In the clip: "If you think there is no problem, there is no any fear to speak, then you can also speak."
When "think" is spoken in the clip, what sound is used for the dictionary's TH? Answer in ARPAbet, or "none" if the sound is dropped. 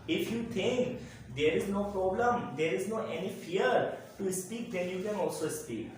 T